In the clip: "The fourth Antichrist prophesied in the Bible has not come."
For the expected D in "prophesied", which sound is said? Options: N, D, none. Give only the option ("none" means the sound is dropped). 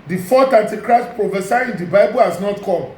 none